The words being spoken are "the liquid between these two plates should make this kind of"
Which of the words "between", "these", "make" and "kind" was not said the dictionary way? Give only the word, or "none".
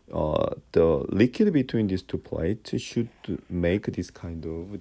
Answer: these